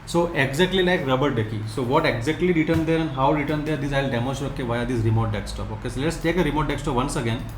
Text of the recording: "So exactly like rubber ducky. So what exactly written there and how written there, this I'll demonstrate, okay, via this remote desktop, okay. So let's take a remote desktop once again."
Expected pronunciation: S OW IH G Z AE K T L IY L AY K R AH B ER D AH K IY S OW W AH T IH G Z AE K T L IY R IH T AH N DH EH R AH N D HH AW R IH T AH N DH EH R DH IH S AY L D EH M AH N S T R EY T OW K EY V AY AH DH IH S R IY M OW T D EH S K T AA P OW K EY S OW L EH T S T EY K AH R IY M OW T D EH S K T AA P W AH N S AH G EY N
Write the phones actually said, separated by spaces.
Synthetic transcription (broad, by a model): S OW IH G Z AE K T L IY L AY K R AH B ER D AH K IY S OW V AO T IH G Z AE K T L IY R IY T AH N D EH R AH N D HH AW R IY T AH N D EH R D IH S AY L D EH M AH S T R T OW K EY V AY AH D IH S R IY M OW T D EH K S T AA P OW K EY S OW L EH T S T EY K AH R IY M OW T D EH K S T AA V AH N S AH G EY N